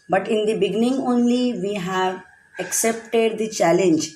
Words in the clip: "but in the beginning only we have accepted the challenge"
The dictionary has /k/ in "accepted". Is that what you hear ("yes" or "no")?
yes